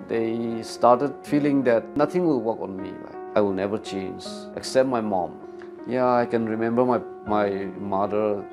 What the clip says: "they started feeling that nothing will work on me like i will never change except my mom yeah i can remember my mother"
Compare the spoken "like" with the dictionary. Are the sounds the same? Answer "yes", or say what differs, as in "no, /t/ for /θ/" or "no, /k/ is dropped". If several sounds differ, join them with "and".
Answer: no, /k/ is dropped